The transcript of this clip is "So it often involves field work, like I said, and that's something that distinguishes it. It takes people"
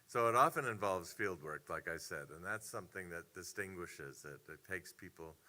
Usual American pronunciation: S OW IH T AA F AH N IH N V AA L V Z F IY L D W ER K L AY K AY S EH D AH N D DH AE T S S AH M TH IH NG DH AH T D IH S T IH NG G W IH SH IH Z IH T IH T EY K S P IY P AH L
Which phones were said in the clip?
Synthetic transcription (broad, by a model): S OW IH T AA F AH N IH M V AA L V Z F IY L D W ER K L AY K AY S EH D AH N DH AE T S S AH M TH IH NG DH AH T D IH S T IH NG G W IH SH IH Z IH T IH T EY K S P IY P L